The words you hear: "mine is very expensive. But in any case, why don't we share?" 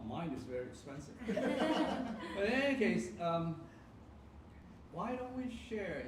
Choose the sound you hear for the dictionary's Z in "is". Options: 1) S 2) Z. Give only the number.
2